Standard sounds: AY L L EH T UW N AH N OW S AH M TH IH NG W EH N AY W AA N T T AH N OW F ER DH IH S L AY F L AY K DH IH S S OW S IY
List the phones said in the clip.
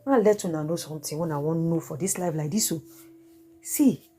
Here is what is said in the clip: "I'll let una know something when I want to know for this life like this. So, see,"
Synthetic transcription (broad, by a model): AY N L EH T UW N AH N OW S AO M T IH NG W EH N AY W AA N N OW F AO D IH S L AY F L AY K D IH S S OW S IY